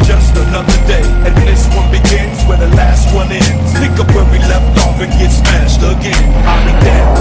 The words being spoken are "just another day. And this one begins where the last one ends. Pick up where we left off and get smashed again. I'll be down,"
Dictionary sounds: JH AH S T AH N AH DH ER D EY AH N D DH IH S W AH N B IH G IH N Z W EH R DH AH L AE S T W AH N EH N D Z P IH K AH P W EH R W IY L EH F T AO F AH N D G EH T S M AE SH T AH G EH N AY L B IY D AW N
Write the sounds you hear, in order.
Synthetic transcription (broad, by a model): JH AH S T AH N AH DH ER D EY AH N DH IH S W AH N B IH G IH N Z W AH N DH AH L AE S T W AH N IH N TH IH K AH P W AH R W IY L EH F T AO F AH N G EH T S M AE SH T AH G EH N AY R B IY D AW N